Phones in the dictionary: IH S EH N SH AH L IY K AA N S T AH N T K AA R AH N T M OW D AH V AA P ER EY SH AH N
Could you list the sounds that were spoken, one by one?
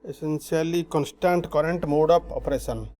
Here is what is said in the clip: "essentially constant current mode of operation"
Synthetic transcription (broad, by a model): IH S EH N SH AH L IY K AA N S T AH N T K AA R AH N T M OW D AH P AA P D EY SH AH N